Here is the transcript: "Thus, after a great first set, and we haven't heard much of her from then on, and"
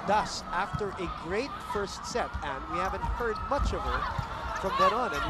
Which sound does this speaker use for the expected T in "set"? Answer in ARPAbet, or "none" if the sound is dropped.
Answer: T